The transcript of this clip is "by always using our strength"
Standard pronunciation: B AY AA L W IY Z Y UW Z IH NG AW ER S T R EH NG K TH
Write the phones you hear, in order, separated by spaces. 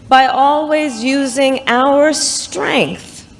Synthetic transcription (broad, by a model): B AY AA L W IY Z Y UW Z IH NG AW ER S T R EH NG K TH